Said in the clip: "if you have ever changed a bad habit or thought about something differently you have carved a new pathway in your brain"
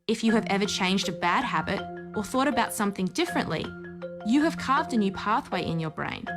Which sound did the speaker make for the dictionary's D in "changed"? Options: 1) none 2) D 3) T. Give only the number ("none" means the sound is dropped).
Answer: 2